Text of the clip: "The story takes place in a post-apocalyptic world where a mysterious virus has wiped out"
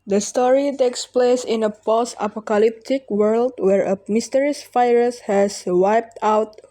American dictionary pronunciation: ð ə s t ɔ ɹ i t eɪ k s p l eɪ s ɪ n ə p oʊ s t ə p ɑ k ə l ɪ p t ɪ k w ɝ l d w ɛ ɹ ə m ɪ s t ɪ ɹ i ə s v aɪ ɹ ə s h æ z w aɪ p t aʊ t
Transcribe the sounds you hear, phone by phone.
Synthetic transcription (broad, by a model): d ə s t ɔ ɹ i t eɪ k s p l eɪ s ɪ n ə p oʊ s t ə p ɑ k ə l ɪ p t ɪ k w ɝ l d w ɛ ɹ ə m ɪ s t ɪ ɹ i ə s f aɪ ɹ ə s h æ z w aɪ p t aʊ t